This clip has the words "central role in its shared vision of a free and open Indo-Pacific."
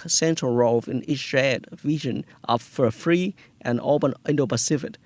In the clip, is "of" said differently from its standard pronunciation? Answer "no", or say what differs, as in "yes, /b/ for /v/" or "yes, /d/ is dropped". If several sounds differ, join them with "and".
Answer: yes, /f/ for /v/